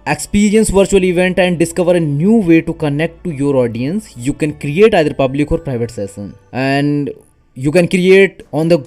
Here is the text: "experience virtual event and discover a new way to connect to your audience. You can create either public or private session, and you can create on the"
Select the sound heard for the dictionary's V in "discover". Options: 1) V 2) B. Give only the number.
1